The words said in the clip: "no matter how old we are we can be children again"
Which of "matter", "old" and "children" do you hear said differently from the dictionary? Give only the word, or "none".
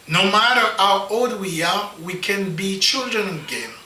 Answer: none